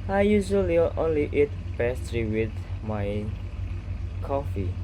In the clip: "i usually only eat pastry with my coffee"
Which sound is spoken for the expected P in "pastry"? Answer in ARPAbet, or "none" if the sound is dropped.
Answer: B